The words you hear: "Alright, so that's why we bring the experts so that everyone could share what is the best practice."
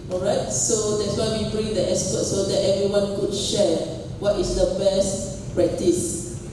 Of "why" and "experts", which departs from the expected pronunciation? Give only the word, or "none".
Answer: experts